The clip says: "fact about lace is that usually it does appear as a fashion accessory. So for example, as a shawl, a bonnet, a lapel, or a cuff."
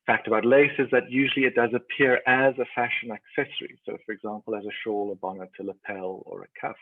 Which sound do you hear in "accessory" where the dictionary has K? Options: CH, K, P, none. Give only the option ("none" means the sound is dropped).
K